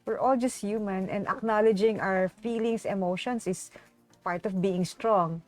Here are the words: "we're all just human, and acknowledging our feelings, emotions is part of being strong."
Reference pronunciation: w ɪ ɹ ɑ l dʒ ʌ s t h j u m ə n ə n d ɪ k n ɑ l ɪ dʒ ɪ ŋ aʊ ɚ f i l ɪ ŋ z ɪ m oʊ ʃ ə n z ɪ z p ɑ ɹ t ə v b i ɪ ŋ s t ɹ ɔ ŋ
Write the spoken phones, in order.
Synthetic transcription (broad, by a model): w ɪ ɹ ɑ l dʒ ʌ s t h j u m ə n ə n d ɪ k n ɑ l ɪ dʒ ɪ ŋ aʊ ɚ f i l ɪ ŋ s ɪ m oʊ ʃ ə n s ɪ s p ɑ ɹ t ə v b i ɪ ŋ s t ɹ ɔ ŋ